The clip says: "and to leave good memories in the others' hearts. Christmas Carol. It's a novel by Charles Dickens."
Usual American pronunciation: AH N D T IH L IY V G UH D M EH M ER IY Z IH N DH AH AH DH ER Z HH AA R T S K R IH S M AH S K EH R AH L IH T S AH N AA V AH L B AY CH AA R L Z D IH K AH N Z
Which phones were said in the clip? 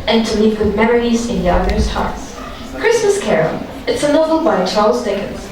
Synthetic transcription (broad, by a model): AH N T IH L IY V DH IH M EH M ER IY Z IH N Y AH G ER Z HH AA R T S K R IH S M AH S K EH R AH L IH T S AH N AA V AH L B AY CH AA R L Z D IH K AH N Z